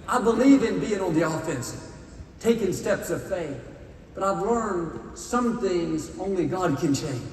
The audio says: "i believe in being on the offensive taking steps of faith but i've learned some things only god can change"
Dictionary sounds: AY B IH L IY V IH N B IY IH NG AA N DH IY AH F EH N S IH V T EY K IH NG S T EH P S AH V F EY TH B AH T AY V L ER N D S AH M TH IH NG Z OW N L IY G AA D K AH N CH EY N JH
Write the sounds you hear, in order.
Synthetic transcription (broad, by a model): AY B IH L IY V IH N B IY IH NG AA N DH IY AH F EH N S T EY K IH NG S T EH P S AH V F EY TH B AH T AY V L ER N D S AH M TH IH NG Z OW N L IY G AA D K AH N CH EY N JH